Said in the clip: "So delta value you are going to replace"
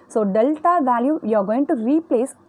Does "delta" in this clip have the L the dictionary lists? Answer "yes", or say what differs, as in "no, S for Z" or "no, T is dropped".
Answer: yes